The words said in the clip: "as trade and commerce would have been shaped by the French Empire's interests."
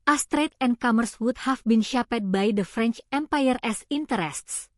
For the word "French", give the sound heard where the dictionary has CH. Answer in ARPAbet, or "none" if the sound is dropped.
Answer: CH